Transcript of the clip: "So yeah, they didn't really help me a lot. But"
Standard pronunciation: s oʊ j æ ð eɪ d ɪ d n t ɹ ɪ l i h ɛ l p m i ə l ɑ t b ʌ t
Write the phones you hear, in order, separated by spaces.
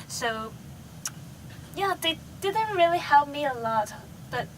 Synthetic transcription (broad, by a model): s oʊ j æ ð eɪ d ɪ d n t ɹ ɪ l i h ɛ l p m i ə l ɑ t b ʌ t